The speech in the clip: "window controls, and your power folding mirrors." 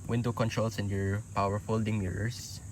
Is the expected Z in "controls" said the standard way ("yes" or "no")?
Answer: no